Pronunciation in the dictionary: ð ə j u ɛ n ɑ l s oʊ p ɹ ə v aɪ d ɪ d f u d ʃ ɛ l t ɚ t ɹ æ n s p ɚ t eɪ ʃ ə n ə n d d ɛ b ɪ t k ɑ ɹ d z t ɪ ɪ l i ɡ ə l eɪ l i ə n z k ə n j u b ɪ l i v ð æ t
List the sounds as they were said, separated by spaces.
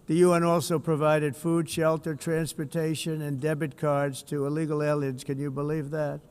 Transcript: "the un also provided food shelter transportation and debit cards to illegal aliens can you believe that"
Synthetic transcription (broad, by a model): ð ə j u ɛ n ɑ l s oʊ p ɹ ə v aɪ d ɪ d f u d ʃ ɛ l t ɚ t ɹ æ n s p ɚ t eɪ ʃ ə n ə n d d ɛ b ɪ t k ɑ ɹ d z t ɪ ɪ l i ɡ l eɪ l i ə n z k ə n j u b ɪ l i v ð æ t